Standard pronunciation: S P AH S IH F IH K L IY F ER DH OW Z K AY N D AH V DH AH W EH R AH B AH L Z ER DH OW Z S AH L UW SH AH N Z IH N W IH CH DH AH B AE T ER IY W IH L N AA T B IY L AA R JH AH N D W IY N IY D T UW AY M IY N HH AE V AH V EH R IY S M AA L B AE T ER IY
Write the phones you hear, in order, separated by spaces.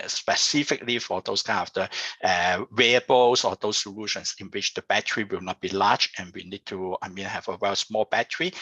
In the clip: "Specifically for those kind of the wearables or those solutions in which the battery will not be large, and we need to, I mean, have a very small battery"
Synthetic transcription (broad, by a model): S P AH S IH F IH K L IY F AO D OW S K AY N AH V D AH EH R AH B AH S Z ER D OW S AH L UW SH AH N S IH N W IH CH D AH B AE T ER IY W IH L N AA T B IY L AA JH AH N W IY N IY D T UW AY M IY N HH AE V AH W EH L S M AA L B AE T ER IY